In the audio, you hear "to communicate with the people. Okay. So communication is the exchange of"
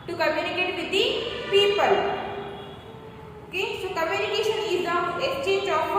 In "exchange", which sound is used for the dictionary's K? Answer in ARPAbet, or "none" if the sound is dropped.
none